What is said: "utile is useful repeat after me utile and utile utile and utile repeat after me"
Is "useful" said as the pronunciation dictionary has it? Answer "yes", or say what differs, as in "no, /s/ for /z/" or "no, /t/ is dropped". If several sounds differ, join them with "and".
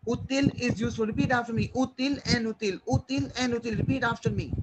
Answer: no, /f/ is dropped